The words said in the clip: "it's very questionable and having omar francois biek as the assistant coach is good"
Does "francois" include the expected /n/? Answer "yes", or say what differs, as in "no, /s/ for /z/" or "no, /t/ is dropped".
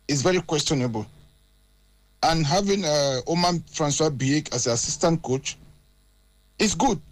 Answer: yes